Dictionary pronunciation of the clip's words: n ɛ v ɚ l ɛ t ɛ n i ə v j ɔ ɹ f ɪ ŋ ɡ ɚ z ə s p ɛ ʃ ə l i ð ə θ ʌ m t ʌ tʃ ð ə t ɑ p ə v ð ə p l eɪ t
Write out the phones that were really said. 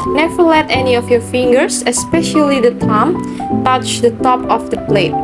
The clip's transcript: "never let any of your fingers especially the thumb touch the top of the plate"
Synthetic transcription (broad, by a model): n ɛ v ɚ l ɛ t ɛ n i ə f j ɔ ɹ f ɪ ŋ ɡ ɚ s ə s p ɛ ʃ ə l i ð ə t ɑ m t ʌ tʃ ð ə t ɑ p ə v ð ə p l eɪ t